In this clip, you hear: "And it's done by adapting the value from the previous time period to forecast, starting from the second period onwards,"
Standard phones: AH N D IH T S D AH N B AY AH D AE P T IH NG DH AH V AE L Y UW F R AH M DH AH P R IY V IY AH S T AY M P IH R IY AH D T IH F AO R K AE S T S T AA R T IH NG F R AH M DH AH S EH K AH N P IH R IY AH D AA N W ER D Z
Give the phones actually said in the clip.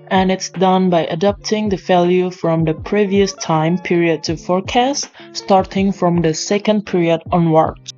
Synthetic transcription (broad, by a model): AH N IH T S D AH N B AY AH D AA P T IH NG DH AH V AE L Y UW F R AH M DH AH P R IY V IY AH S T AY M P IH R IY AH D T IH F AO R K AE S T S T AA R T IH NG F R AH M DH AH S EH K AH N P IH R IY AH D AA N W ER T